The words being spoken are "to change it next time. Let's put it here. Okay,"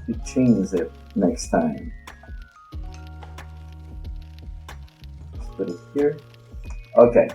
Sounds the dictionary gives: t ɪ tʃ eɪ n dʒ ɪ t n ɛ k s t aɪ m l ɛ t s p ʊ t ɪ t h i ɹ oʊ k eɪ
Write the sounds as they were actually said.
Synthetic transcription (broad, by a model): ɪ tʃ eɪ n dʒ ɪ t n ɛ k s t aɪ m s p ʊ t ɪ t h i ɹ oʊ k eɪ